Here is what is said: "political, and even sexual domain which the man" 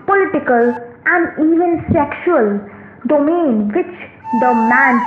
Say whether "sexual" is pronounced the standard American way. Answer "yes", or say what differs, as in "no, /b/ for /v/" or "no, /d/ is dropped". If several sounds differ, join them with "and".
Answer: yes